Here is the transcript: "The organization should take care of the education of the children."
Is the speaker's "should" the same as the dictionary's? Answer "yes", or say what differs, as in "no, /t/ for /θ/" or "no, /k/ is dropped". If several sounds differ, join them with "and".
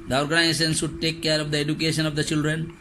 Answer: no, /s/ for /ʃ/